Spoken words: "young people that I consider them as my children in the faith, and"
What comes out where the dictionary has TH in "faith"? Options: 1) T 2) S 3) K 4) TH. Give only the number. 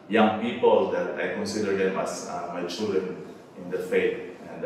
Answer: 1